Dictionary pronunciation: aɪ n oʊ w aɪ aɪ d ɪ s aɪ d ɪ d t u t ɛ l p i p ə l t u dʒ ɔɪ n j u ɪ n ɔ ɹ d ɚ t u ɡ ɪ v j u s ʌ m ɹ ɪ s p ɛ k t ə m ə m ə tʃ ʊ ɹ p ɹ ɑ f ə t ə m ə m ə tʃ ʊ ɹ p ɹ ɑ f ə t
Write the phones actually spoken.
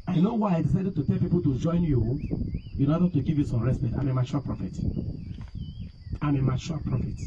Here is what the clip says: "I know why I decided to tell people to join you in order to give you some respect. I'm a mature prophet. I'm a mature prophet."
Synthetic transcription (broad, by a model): aɪ n oʊ w aɪ aɪ d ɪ s aɪ d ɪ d t u t ɛ l p i p ə l t u dʒ ɔɪ n j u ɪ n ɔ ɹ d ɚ t u ɡ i v j u s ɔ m ɹ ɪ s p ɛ t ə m ə m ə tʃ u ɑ p ɹ ɑ f ə t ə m ə m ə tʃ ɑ l p ɹ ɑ f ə t